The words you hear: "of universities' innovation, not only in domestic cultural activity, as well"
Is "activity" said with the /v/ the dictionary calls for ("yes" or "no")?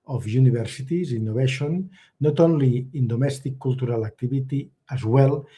no